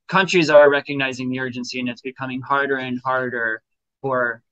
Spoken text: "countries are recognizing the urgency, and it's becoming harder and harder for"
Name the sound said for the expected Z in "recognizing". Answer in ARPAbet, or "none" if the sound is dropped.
Z